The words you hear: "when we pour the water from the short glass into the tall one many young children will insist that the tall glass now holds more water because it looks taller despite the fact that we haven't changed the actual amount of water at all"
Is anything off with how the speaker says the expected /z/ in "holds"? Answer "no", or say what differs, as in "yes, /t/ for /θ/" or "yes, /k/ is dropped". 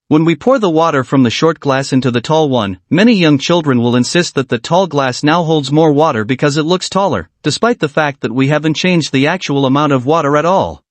no